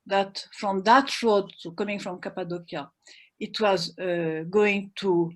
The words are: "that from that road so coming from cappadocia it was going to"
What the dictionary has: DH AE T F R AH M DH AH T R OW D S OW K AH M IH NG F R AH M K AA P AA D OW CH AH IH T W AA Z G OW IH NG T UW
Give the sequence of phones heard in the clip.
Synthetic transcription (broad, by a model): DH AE T F R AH M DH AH T R OW D S OW K AH M IH NG F R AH M K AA P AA D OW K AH IH T W AA Z G OW IH NG T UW